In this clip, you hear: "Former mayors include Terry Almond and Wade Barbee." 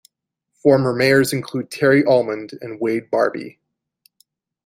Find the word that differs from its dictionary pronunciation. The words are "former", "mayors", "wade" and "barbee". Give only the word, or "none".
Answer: none